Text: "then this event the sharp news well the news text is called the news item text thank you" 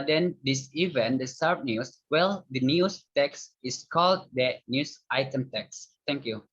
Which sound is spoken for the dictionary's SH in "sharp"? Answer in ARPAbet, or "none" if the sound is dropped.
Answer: S